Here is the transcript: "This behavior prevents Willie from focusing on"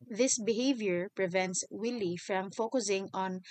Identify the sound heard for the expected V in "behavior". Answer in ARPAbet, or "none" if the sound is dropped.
V